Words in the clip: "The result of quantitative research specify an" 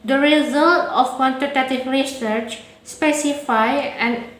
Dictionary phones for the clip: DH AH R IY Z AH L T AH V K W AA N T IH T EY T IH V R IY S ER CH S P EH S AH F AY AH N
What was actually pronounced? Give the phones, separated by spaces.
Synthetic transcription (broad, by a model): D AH R IY Z AH L T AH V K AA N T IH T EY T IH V R IY S ER CH S P EH S AH F AY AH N